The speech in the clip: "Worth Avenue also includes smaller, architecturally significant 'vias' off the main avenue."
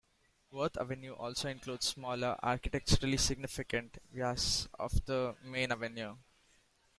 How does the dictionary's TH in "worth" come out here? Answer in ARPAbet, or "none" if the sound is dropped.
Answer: T